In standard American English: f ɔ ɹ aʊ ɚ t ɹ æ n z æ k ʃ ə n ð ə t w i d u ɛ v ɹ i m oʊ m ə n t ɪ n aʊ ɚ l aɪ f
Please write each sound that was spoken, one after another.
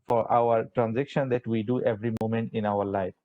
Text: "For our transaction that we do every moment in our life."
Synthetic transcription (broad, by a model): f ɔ ɹ aʊ ɚ t ɹ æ n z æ k ʃ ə n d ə t w i d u ɛ v ɹ i m oʊ m ə n t ɪ n aʊ ɚ l aɪ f